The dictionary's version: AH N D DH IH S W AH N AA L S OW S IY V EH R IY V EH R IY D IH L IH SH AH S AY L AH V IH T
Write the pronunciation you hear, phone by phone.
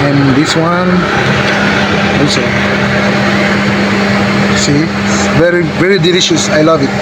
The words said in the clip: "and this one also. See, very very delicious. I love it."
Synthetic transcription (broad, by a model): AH N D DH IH S W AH N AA S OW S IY V EH R IY V EH R IY D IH L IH SH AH S AY L AH V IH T